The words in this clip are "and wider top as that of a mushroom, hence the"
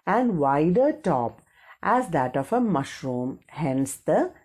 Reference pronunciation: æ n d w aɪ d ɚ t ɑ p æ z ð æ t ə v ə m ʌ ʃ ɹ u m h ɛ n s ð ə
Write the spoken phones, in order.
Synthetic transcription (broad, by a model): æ n d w aɪ d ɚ t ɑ p æ z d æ t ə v ə m ʌ ʃ ɹ u m h ɛ n s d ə